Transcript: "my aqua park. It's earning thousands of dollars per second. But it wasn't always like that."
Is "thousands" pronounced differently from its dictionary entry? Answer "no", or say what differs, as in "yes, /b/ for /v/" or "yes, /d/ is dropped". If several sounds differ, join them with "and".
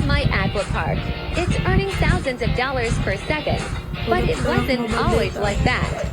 no